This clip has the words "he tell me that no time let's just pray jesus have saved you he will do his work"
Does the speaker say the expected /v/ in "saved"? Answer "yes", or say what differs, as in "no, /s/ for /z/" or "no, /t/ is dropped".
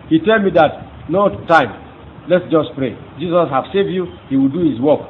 yes